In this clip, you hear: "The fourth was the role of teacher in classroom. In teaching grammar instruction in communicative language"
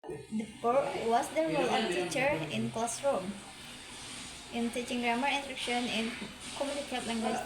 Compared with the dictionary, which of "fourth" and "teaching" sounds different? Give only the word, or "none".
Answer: fourth